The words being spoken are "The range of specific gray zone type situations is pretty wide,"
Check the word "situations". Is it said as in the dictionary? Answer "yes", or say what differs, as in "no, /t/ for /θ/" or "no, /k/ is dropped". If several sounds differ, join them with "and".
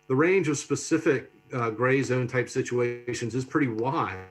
yes